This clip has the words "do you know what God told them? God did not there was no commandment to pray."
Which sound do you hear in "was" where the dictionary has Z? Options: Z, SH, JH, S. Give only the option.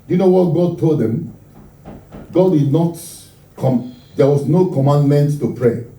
S